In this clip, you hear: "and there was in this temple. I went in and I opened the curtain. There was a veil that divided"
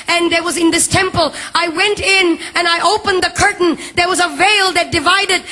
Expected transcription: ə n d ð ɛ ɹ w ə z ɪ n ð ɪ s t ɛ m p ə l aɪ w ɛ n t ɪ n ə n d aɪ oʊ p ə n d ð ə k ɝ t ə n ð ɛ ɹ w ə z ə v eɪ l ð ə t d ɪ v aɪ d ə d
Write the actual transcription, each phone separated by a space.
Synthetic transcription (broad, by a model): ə n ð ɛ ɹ w ə z ɪ n ð ɪ s t ɛ m p ə l aɪ w ɛ n t ɪ n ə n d aɪ oʊ p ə n ð ə k ɝ t n ð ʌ ɹ w ə z ə v eɪ l ð ə t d ɪ v aɪ d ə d